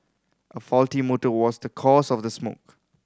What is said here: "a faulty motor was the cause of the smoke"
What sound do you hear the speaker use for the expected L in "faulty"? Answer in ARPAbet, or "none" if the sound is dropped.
L